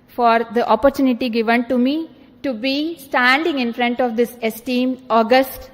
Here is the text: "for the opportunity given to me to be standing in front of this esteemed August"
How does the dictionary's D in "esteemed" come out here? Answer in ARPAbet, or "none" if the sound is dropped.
none